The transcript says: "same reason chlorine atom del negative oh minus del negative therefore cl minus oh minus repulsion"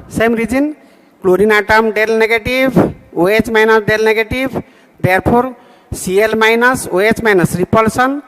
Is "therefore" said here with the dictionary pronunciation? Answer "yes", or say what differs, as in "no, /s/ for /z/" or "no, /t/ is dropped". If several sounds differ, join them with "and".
no, /p/ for /f/